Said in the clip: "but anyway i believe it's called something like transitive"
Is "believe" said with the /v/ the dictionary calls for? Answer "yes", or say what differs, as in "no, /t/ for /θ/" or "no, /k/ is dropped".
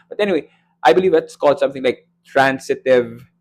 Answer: yes